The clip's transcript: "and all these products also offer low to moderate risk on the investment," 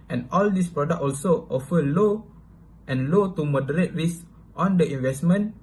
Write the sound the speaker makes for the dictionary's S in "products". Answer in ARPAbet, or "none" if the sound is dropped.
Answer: none